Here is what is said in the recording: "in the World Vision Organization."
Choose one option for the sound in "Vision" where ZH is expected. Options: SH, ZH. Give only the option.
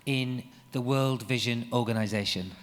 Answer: ZH